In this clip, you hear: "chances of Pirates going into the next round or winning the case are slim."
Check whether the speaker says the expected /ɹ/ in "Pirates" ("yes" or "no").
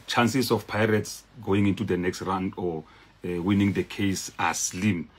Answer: yes